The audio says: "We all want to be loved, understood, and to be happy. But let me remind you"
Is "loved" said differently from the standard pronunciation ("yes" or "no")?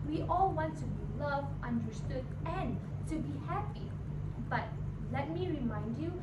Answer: yes